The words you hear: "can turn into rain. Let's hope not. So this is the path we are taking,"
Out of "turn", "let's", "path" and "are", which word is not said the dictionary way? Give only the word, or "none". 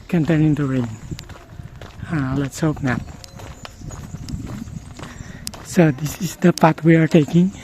path